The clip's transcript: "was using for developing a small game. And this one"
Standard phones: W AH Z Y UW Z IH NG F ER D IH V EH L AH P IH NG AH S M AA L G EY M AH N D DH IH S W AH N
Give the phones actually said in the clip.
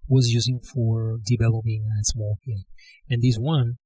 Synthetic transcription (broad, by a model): W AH Z Y UW Z IH NG F ER D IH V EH L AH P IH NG AH S M AA L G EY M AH N DH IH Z W AH N